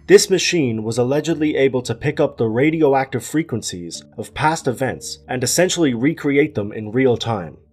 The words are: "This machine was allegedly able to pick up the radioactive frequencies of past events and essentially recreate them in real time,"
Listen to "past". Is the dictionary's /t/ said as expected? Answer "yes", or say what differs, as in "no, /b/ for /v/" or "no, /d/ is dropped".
yes